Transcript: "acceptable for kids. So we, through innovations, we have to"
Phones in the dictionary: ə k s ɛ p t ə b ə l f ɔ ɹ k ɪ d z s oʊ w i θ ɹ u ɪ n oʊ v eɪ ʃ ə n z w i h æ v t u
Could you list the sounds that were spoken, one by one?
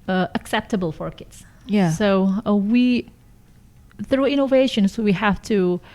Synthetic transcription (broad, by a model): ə k s ɛ p t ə b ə l f ɔ ɹ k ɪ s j s oʊ w i θ ɹ u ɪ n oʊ v eɪ ʃ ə n s w i h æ f t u